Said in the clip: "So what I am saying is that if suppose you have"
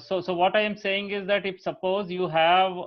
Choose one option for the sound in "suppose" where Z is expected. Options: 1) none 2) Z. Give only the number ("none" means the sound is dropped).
2